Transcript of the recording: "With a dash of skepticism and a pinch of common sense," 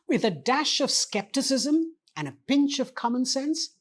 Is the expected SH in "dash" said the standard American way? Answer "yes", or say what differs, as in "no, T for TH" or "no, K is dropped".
yes